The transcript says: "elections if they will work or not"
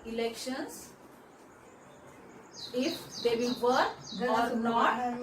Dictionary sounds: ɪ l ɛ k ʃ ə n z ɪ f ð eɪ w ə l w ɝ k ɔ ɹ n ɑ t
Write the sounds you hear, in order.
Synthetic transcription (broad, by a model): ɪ l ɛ k ʃ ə n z ɪ f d eɪ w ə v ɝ ɔ ɹ n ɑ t